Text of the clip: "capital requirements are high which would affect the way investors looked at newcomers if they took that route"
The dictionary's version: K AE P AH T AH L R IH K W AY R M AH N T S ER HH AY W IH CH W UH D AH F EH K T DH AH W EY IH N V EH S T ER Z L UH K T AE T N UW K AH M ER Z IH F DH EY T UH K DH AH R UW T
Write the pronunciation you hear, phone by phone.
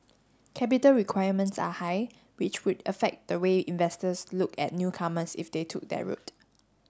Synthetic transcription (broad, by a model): K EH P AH T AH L R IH K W AY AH M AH N T S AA HH AY W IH CH W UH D AH F EH K T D AH W EY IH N V EH S T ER S L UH K EH T N UW K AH M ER S IH F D EY T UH K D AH R UW T